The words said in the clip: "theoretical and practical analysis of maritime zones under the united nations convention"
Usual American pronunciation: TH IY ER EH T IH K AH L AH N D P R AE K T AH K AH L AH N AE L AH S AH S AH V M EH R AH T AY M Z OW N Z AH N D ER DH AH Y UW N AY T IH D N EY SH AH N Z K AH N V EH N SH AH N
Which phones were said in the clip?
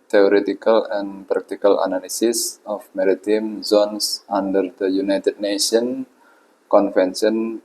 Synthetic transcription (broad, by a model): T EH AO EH T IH K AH L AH N P R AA K T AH K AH L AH N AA L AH S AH S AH F M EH R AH T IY M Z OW N S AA N D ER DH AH Y UW N AY T IH D N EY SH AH N K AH N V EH N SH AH N